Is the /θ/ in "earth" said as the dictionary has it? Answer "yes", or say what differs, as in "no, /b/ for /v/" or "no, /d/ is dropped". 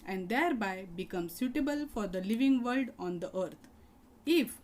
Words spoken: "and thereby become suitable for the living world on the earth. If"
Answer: no, /t/ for /θ/